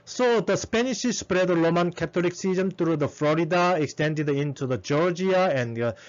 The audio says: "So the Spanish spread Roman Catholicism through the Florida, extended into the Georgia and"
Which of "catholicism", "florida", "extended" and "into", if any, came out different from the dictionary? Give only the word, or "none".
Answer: catholicism